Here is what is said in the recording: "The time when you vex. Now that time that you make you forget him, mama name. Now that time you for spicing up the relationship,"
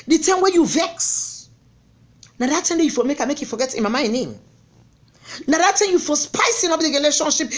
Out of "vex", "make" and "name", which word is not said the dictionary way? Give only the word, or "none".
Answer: none